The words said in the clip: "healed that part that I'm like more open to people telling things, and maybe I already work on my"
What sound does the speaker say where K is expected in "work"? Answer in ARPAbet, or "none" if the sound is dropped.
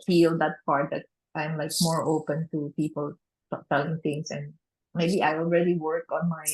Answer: K